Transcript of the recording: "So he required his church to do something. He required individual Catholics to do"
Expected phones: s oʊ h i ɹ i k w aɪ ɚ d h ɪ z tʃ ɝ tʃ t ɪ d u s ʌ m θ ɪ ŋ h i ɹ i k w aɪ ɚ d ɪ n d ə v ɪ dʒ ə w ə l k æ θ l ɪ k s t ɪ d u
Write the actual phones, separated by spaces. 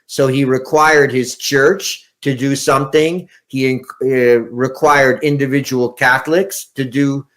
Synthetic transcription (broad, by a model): s oʊ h i ɹ i k w aɪ ɚ d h ɪ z tʃ ɝ tʃ t ɪ d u s ʌ m θ ɪ ŋ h i ɹ i k w aɪ ɚ d ɪ n d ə v ɪ dʒ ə w l k æ θ l ɪ k s t ɪ d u